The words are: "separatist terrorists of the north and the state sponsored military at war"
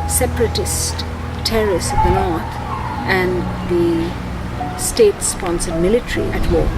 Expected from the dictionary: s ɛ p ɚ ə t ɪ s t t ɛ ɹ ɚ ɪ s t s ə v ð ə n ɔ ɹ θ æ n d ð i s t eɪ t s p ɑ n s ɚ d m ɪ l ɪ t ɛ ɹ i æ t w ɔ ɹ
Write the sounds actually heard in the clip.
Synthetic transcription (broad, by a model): s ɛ p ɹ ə t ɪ s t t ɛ ɹ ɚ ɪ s s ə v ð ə n ɔ ɹ t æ n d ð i s t eɪ t s p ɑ n s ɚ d m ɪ l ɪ t ɹ i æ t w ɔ